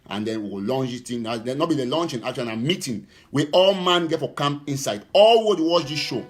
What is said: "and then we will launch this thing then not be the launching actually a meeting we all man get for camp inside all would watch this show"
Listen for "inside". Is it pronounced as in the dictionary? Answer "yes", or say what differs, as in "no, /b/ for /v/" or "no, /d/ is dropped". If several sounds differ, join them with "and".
yes